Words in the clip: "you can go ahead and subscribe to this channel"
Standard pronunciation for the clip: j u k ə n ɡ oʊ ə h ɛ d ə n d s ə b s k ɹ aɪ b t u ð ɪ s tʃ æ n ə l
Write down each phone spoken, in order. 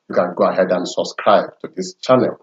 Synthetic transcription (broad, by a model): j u k ə n ɡ oʊ ə h ɛ d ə n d s ə b s k ɹ aɪ b t u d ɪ s tʃ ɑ n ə l